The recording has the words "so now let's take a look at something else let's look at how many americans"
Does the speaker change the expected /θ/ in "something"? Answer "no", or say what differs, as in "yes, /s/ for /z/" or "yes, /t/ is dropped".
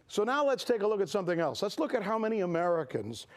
no